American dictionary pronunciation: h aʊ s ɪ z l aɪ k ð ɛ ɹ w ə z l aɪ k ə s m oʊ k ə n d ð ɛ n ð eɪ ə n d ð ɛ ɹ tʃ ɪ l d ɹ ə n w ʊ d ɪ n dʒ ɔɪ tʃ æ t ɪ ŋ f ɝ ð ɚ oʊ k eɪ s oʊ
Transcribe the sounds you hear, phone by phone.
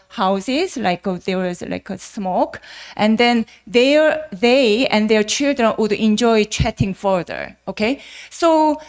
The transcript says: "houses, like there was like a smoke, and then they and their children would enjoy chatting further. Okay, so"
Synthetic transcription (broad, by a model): h aʊ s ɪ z l aɪ k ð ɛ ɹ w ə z l aɪ k ə s m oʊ k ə n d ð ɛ n ð eɪ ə n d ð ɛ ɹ tʃ ɪ l d ɹ ə n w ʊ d ɪ n dʒ ɔɪ tʃ æ t ɪ ŋ f ɝ ð ɚ oʊ k eɪ s oʊ